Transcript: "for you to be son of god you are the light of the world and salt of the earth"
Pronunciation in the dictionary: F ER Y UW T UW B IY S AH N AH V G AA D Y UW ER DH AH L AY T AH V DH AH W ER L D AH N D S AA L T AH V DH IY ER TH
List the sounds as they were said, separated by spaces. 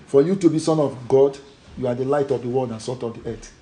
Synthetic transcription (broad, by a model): F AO Y UW T UW B IY S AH N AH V G AA D Y UW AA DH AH L AY T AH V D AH W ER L D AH N S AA T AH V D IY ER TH